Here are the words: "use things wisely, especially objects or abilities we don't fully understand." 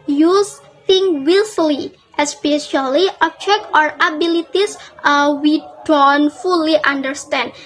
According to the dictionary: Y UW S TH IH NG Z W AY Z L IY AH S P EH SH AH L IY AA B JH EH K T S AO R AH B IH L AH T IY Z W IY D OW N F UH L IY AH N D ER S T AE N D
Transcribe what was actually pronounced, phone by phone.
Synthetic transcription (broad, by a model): Y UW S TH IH NG W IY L L IY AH S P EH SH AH L IY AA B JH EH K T AO R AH B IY L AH T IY S W IY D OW N F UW L IY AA N D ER S T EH N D